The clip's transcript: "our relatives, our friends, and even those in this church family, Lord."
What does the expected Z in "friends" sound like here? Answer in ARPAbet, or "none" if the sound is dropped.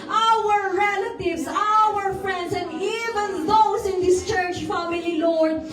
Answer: S